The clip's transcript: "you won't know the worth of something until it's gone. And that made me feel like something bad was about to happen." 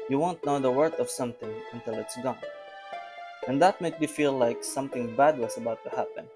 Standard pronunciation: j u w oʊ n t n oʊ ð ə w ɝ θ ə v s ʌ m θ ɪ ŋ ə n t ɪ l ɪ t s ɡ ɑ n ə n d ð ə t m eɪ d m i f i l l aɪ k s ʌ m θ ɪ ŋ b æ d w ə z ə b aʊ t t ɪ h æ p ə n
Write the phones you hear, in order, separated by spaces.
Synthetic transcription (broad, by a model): j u w oʊ n t n oʊ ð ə w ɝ t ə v s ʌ m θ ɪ ŋ ə n t ɪ l ɪ t s ɡ ɑ n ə n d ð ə t m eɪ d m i f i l l aɪ k s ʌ m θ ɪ ŋ b æ d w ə s ə b aʊ t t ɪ h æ p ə n